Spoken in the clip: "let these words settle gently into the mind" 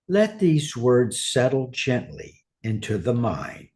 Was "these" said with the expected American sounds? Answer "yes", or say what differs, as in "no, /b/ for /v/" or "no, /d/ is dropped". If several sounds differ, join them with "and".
yes